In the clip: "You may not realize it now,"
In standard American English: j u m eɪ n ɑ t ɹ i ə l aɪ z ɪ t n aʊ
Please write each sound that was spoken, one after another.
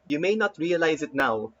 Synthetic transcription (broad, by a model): j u m eɪ n ɑ t ɹ i ə l aɪ z ɪ t n aʊ